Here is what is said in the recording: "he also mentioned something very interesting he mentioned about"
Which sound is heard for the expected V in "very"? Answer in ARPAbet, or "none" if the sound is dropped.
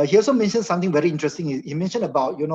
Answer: V